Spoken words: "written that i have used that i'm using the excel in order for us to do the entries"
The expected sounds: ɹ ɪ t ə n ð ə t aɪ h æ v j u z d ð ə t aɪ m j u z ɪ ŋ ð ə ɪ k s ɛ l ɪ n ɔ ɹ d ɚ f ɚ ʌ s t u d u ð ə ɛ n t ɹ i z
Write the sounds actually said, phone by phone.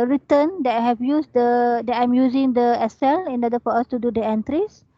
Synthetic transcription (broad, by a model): ɹ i t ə n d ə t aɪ h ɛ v j u s d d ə t aɪ m j u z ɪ ŋ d ə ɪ s ɛ l ɪ n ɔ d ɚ f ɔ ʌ s t u d u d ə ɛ n t ɹ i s